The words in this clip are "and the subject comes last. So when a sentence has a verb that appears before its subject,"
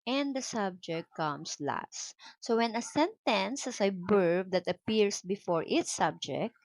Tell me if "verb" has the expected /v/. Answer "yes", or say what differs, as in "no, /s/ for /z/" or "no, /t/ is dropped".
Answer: no, /b/ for /v/